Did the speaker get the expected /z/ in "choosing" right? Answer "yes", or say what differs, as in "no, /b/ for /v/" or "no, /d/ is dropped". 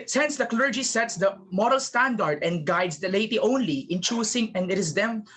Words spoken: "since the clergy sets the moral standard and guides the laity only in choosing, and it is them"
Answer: no, /s/ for /z/